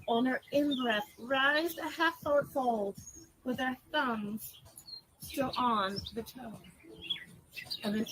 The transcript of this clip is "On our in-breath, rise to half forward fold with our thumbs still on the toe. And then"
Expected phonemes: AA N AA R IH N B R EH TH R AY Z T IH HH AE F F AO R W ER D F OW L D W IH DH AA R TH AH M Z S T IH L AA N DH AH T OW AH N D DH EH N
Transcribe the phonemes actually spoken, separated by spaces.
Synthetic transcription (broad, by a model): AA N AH R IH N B R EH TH R AY Z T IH HH AE F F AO R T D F OW L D W IH DH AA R TH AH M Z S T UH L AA N DH AH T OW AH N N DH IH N